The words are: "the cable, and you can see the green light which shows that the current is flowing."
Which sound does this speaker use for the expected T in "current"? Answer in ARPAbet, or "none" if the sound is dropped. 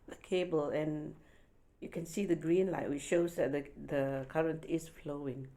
T